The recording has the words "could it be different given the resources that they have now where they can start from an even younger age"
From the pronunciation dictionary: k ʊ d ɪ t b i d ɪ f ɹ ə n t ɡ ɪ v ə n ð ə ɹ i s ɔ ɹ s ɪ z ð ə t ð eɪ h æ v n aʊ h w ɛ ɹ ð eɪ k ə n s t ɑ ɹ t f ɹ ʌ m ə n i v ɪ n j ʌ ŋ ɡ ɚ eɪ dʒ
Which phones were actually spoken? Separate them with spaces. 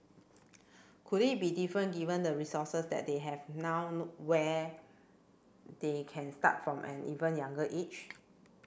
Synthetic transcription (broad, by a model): k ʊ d ɪ t b i d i f ɹ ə n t ɡ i v ə n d ə ɹ i s ɔ s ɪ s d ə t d eɪ h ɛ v n aʊ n w ɛ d eɪ k ə n s t ɑ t f ɹ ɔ m ə n i v ɪ n j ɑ ŋ ɡ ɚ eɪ tʃ